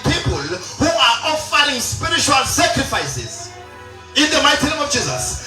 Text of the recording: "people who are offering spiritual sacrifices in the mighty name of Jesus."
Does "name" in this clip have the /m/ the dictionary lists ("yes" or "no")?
yes